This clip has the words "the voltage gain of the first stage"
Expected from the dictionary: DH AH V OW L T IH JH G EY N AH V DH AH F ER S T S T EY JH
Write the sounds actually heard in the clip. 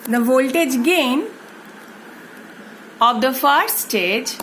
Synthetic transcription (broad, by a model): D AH V OW L T IH JH G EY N AH V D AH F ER T S T EY JH